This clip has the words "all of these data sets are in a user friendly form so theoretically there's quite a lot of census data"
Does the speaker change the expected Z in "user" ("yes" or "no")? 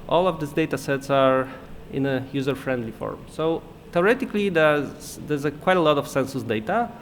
no